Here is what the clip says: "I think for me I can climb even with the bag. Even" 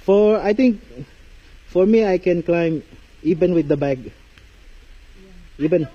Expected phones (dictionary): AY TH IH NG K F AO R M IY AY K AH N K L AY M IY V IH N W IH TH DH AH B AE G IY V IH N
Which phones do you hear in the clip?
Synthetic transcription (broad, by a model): AY T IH NG K F AO R M IY AY K AH N K L AY M IY V IH N W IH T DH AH B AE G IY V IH N